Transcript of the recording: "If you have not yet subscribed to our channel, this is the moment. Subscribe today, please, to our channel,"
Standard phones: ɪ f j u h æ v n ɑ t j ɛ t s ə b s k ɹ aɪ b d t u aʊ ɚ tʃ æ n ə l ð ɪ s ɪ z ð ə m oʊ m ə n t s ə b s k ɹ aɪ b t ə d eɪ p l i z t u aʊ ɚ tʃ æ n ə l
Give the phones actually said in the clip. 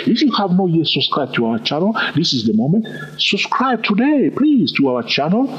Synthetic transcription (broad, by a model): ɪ f j u h æ v n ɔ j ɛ s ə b s k ɹ aɪ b t u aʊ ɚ tʃ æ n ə l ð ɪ s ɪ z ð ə m oʊ m ə n t s ə b s k ɹ aɪ b t ə d eɪ p l i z t u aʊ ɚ tʃ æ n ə l